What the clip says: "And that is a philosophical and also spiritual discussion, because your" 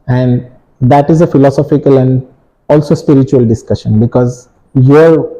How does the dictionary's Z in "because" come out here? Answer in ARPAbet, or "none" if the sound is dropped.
Z